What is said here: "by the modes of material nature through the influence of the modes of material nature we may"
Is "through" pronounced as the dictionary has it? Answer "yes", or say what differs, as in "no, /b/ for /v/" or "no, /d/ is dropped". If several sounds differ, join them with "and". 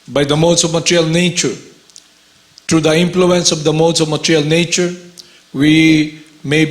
no, /t/ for /θ/